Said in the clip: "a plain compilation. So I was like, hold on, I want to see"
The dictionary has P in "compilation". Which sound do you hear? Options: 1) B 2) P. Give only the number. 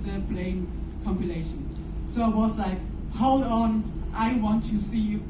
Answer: 2